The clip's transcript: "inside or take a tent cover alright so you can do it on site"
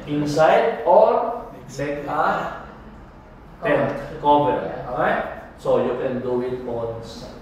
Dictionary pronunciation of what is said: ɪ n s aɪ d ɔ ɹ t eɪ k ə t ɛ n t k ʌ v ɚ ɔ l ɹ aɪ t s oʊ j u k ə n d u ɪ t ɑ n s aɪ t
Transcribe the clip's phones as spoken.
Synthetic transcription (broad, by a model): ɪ n s aɪ d ɔ ɹ s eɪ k ə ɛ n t k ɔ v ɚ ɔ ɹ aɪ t s oʊ j u k ə n d u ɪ t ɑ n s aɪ